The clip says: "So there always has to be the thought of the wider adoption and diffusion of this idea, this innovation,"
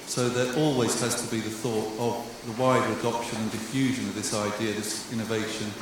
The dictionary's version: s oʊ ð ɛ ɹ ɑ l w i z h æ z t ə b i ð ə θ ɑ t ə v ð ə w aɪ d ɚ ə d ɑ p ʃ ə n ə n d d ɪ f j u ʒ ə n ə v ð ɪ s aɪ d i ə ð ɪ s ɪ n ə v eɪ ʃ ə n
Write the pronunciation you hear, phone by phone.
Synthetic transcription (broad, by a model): s oʊ ð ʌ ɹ ɑ l w i z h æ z t ə b i ð ə θ ɑ t ə v ð ə w aɪ d ɚ ə d ɑ p ʃ ə n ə n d d ɪ f j u ʒ ə n ə v ð ɪ s aɪ d i ə ð ɪ s ɪ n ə v eɪ ʃ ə n